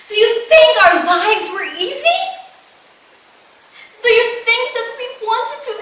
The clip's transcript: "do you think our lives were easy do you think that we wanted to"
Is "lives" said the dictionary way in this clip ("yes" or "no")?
yes